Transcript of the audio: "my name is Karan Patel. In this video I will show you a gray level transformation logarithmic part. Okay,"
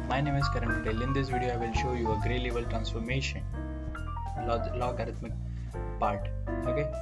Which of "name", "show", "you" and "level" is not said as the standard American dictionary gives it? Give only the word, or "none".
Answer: level